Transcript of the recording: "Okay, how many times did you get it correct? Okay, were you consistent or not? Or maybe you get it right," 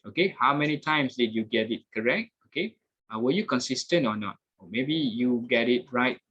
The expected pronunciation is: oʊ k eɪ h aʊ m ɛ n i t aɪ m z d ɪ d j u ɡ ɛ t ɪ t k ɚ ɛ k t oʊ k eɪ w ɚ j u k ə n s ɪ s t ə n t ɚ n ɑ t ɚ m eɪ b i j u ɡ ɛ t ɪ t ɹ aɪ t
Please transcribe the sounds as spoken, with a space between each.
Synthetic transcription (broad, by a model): oʊ k eɪ h aʊ m ɛ n i t aɪ m s d ɪ d j u ɡ ɛ t ɪ t k ɚ ɛ k t oʊ k eɪ w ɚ j u k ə n s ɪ s t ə n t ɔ n ɑ t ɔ m eɪ b i j u ɡ ɛ t ɪ t ɹ aɪ t